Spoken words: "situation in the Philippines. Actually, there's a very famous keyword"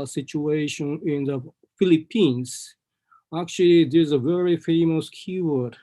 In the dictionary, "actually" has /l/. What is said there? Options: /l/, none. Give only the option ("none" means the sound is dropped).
/l/